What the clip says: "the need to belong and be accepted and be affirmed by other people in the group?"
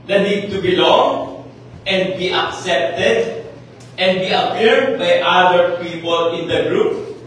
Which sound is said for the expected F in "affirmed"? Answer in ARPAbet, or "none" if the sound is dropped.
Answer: P